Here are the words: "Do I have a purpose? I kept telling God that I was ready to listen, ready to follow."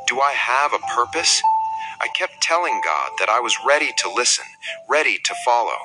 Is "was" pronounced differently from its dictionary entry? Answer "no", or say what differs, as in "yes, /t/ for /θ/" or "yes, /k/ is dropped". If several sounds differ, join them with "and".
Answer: no